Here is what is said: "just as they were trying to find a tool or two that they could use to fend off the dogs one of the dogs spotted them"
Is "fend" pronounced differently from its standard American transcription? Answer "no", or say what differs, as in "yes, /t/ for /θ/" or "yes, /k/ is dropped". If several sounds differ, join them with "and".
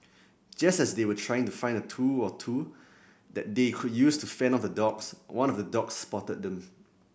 yes, /d/ is dropped